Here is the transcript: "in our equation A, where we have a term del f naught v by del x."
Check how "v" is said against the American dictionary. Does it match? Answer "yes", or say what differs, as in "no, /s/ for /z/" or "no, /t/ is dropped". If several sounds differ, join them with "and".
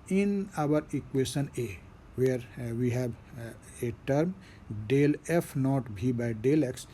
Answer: no, /b/ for /v/